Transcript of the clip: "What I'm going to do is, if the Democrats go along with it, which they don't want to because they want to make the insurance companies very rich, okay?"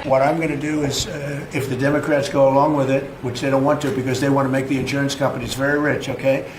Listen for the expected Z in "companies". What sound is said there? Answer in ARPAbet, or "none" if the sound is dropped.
Z